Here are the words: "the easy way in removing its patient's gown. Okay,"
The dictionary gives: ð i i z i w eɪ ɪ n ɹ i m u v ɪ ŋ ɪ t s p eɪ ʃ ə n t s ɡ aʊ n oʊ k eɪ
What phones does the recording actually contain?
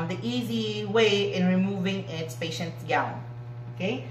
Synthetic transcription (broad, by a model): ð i i z i w eɪ ɪ n ɹ i m u v ɪ ŋ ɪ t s p eɪ ʃ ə n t ɡ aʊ l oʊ k eɪ